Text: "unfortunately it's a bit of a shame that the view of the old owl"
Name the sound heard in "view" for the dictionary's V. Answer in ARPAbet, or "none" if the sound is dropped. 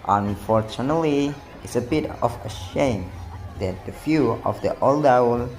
F